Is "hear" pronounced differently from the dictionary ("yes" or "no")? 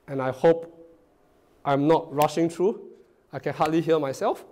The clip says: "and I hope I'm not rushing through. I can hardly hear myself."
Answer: yes